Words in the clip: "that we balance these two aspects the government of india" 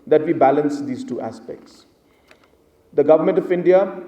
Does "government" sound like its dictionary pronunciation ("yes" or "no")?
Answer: yes